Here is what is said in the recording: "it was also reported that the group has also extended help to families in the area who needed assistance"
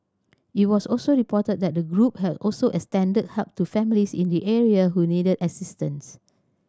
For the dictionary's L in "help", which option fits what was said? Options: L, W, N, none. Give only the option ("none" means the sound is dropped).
none